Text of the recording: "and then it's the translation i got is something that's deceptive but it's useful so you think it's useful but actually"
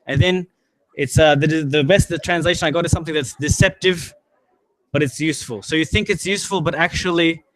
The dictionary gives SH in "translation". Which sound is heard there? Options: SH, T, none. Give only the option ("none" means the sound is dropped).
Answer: SH